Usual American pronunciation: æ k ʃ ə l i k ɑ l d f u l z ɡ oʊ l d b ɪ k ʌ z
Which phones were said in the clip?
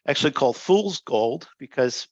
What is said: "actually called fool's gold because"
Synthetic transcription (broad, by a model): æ k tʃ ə l i k ɑ l d f u l z ɡ oʊ l d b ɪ k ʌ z